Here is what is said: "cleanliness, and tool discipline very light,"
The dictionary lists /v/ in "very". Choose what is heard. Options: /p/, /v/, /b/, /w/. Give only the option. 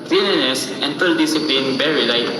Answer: /b/